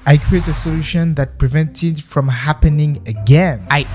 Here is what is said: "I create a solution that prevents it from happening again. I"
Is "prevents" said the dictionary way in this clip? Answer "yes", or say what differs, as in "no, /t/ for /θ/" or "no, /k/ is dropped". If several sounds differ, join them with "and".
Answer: no, /s/ is dropped